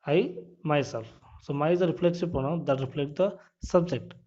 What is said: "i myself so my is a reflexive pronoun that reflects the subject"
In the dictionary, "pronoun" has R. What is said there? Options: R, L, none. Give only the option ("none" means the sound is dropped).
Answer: none